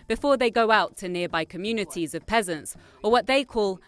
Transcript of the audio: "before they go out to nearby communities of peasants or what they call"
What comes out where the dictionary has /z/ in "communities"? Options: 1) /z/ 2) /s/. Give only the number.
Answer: 1